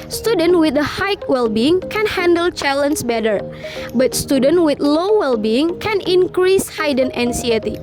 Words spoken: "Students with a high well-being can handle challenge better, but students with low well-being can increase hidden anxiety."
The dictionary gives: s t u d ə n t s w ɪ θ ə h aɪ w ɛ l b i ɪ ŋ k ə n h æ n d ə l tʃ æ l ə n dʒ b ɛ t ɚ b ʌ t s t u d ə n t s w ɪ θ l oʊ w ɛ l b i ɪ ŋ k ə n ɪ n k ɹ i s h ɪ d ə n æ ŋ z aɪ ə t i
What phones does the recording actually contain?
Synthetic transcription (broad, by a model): s t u d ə n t w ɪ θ ə h aɪ w ɛ l b i ɪ ŋ k ə n h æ n d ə l tʃ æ l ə n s b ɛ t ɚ b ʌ t s t u d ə n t w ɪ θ l oʊ w ɛ l b i ɪ ŋ k ə n ɪ n k ɹ i s h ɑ d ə n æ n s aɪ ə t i